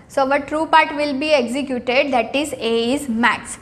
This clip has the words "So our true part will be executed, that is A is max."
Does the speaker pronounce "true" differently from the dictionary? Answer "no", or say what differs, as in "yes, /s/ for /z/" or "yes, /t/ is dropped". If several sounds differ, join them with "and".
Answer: no